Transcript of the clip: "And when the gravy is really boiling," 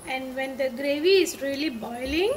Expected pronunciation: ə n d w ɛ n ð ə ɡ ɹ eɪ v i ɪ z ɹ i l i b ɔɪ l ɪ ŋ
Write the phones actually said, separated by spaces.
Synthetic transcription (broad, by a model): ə n d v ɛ n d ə ɡ ɹ eɪ v i ɪ z ɹ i l i b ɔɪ l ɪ ŋ